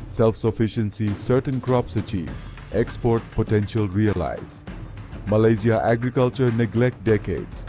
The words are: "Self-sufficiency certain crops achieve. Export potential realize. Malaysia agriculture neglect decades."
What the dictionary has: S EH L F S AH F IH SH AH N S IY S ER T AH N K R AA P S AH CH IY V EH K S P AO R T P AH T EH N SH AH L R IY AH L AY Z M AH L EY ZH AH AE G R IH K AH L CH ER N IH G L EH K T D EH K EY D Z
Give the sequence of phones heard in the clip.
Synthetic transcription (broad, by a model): S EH L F S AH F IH SH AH N S IY S ER T AH N K R AA P S AH CH IY V EH K S P AO R T P AH T EH N SH AH L R IY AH L AY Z M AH L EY Z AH AE G R IH K AH L CH ER N IH G L EH K T D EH K EY D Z